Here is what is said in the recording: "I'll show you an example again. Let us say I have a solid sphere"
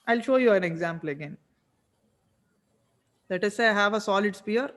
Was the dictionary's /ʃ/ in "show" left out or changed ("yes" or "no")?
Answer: no